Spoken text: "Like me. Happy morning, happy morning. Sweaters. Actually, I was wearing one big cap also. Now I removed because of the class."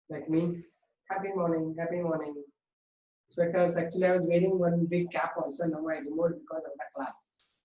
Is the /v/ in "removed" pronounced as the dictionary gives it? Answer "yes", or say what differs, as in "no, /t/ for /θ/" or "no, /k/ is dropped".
no, /v/ is dropped